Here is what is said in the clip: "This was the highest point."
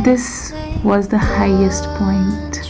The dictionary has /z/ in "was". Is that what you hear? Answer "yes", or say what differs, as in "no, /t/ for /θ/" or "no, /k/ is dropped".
yes